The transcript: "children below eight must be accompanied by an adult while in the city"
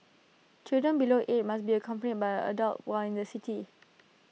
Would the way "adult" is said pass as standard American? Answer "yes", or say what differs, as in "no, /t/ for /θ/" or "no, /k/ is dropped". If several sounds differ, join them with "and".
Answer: yes